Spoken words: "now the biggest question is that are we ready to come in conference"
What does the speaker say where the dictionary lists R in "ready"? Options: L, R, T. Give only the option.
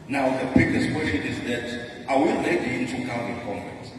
L